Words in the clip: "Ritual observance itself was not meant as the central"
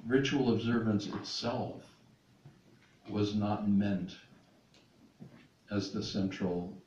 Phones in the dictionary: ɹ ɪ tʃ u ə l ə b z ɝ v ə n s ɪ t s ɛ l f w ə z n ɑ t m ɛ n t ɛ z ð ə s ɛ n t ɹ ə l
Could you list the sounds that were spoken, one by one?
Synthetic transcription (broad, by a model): ɹ ɪ tʃ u l ə b z ɝ v ə n s ɪ t s ɛ l f w ə z n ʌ t m ɛ n t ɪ z ð ə s ɛ n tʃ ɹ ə l